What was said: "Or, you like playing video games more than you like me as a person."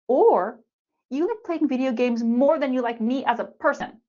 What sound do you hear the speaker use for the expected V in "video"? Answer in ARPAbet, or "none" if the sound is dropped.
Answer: V